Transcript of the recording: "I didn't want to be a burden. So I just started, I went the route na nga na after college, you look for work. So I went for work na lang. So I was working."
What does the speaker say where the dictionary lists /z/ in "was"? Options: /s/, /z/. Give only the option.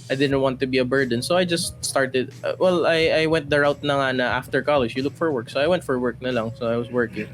/s/